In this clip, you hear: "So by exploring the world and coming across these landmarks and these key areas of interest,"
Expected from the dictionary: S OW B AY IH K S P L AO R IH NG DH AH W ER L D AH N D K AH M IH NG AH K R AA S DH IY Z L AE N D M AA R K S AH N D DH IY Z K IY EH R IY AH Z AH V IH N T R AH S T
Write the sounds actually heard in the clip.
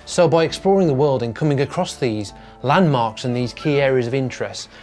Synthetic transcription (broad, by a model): S OW B AY IH K S P L AO R IH NG DH AH W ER L D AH N K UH M IH NG AH K R AA S DH IY Z L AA N M AA R K S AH N DH IY Z K IY EH R IY AH Z AH V IH N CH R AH S T